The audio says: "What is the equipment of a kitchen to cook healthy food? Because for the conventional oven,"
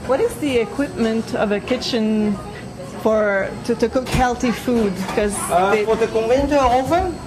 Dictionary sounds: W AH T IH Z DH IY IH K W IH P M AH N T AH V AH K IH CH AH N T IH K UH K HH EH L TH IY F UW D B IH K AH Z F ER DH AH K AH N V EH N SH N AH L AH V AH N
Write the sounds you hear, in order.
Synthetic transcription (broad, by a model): W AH T IH Z DH IY IH K W IH P M AH N T AH V AH K IH CH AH N T IH K UH K HH EH L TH IY F UW D K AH Z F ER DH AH K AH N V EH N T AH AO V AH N